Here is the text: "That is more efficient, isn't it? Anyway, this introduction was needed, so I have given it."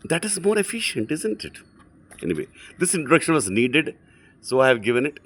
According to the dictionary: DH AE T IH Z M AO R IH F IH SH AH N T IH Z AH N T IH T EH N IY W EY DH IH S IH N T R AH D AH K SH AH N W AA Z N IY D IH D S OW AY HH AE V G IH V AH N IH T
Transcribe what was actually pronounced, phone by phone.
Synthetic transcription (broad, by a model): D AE T IH Z M AO R IH F IH SH AH N T IH Z AH N T IH T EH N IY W EY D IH S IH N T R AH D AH K SH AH N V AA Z N IY D IH D S OW AY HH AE V G IH V AH N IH T